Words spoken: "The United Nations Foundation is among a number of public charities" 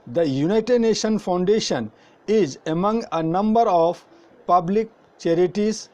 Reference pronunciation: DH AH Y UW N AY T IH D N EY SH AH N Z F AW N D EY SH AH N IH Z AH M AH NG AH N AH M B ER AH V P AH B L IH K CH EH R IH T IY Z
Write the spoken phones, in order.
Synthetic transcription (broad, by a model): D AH Y UW N AY T IH D N EY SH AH N F AW N D EY SH AH N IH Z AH M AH NG AH N AH M B ER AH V P AH B L IH K CH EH R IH T IY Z